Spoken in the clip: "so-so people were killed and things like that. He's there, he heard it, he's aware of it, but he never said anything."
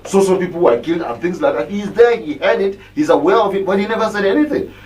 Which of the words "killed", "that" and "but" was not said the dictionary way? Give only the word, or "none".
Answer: none